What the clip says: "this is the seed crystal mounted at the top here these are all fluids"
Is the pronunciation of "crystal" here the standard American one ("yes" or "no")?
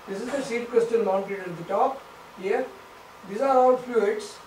no